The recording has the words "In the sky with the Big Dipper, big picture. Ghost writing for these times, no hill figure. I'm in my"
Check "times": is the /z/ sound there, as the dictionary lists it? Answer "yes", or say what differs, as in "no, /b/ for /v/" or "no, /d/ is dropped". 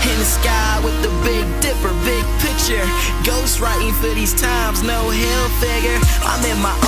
yes